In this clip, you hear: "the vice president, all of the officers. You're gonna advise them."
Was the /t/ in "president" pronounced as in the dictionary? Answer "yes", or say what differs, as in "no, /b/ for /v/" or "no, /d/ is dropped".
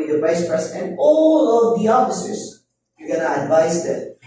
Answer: no, /t/ is dropped